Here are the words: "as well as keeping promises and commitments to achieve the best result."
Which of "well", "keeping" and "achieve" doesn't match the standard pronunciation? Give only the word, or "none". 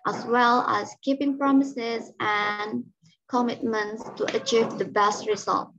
none